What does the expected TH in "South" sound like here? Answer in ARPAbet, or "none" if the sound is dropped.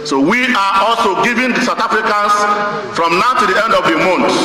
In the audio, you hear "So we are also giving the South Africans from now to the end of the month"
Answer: T